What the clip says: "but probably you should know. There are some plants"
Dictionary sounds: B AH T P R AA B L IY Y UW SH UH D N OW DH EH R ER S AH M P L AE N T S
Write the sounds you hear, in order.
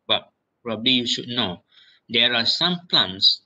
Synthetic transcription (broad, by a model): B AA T P R AA B L IY Y UW SH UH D N OW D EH R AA S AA M P L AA N S